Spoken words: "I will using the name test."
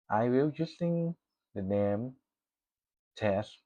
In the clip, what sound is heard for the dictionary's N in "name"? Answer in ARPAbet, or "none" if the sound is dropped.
N